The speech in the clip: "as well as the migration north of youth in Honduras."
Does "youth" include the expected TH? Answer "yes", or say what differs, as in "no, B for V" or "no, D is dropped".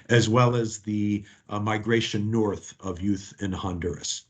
yes